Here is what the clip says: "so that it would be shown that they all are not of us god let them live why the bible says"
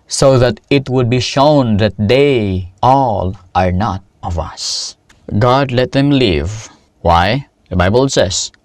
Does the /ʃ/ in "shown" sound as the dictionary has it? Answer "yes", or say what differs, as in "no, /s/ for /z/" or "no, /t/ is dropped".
yes